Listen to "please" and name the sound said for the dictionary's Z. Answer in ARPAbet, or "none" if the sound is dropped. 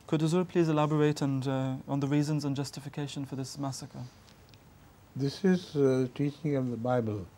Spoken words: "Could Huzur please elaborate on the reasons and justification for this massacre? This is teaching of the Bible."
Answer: Z